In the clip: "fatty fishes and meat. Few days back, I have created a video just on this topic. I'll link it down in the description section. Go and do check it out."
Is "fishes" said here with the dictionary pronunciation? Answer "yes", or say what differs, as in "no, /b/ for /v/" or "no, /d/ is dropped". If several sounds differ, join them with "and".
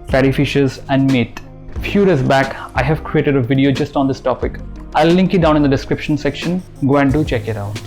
yes